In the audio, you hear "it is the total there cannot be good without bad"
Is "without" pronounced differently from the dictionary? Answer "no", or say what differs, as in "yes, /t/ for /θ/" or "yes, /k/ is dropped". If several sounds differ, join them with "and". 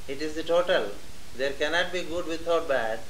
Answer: yes, /t/ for /θ/